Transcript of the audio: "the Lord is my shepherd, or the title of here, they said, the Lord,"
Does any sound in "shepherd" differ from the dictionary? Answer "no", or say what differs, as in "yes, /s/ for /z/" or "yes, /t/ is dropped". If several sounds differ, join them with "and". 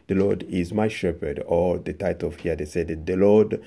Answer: no